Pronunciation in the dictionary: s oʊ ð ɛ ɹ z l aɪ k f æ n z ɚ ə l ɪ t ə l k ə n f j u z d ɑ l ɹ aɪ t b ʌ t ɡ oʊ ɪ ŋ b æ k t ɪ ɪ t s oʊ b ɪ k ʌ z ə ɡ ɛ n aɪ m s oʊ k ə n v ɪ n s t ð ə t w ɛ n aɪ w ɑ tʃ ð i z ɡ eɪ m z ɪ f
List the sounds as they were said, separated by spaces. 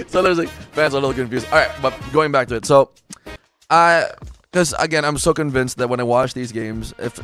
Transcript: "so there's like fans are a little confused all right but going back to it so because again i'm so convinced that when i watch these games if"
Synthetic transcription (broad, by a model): s oʊ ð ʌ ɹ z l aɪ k f æ n z ɚ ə l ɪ t l k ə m f j u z ɑ l ɹ aɪ t b ʌ t ɡ oʊ ɪ ŋ b æ k t ɪ ɪ t s oʊ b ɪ k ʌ z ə ɡ ɛ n aɪ m s oʊ k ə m v ɪ n s t ð ə t w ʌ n aɪ w ɑ tʃ ð i z ɡ eɪ m z ɪ f